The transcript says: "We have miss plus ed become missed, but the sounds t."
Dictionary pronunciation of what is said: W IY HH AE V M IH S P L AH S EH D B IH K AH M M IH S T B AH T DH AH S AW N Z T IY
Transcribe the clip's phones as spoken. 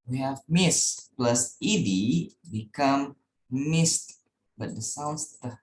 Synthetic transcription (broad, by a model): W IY HH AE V M IH S P L AH S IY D B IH K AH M M IH S T B AH T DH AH S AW N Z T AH